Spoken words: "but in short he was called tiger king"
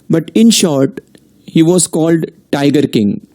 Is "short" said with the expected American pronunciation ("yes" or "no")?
yes